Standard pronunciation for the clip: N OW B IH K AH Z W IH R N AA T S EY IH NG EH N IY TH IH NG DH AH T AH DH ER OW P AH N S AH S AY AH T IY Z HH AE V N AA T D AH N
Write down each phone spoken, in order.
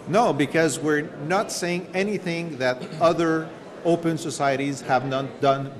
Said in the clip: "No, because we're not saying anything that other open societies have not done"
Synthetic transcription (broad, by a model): N OW B IH K AH Z W IH R N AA T S EY IH NG EH N IY TH IH NG DH AH T AH DH ER OW P AH N S AH S AY AH T IY Z HH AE V N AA T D AH N